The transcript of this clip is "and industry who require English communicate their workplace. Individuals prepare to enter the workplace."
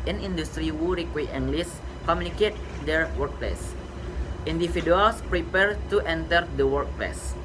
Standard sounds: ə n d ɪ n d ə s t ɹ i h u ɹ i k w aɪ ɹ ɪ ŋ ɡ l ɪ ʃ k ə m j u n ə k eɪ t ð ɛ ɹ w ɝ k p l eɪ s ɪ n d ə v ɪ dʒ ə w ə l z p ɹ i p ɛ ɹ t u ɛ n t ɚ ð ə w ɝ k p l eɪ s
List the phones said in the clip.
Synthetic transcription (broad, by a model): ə n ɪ n d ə s t ɹ i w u ɹ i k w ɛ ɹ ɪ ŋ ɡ l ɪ s k ə m j u n ə k eɪ t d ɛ ɹ w ɝ k p l eɪ s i n d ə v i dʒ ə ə l s p ɹ i p ɛ ɹ t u ɛ n t ɚ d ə w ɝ k p l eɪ s